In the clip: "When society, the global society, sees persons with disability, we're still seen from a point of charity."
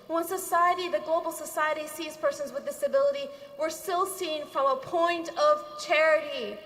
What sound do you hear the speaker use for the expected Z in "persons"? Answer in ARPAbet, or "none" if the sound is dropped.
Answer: Z